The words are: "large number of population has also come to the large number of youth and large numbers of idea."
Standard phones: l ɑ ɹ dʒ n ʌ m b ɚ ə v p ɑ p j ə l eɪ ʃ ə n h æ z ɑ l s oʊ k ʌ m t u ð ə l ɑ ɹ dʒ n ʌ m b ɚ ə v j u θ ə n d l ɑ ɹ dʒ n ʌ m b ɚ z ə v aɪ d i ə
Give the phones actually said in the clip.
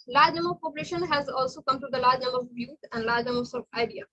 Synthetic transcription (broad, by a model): l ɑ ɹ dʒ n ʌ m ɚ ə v p ɑ p j ə l eɪ ʃ ə n h æ z ɑ l s oʊ k ʌ m t u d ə l ɑ ɹ dʒ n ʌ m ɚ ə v j u t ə n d l ɑ ɹ dʒ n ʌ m ɚ s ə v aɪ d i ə